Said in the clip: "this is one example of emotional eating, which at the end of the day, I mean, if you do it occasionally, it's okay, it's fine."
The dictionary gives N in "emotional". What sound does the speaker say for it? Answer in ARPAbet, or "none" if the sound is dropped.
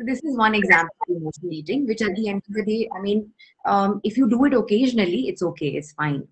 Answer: none